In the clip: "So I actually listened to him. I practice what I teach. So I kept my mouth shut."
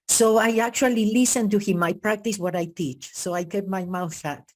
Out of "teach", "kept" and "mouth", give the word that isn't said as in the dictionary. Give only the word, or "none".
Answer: kept